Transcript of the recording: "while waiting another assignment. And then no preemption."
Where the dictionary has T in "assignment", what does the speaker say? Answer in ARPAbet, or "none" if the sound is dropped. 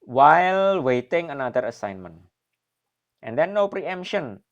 T